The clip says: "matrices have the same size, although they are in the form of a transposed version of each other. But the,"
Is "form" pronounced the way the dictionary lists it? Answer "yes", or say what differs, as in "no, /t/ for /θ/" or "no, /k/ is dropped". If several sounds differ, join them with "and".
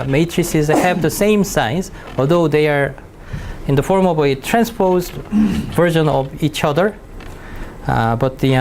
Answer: yes